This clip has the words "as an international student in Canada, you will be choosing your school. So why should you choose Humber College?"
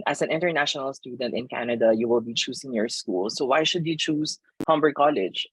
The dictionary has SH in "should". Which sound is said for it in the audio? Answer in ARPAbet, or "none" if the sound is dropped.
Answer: SH